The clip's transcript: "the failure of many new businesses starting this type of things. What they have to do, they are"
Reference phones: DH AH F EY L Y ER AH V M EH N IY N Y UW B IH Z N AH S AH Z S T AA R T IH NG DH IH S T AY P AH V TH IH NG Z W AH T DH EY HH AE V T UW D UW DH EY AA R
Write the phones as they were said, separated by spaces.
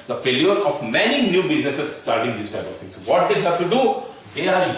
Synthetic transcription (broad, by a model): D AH F EY L Y ER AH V M EH N IY N Y UW B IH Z N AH S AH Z S T AA R T IH NG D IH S T AY P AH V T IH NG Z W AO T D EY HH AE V T UW D UW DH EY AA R